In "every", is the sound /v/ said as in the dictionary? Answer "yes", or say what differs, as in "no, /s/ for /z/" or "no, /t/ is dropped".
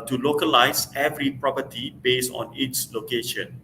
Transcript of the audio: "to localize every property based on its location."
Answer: yes